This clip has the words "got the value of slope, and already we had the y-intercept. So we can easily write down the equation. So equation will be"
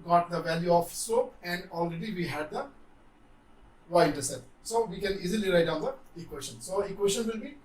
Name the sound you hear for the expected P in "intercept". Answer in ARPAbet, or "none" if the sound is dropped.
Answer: none